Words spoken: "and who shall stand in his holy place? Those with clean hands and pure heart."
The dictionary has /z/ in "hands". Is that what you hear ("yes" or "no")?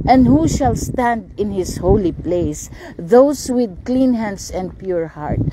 no